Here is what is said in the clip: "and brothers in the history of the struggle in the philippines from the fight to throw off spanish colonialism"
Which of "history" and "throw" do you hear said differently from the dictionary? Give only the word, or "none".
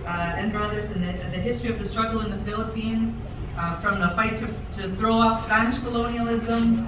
none